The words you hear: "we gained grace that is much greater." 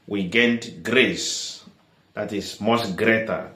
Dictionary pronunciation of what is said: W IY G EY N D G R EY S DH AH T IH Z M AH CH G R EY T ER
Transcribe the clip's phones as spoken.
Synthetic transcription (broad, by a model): W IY G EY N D G R EY S DH AH T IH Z M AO S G R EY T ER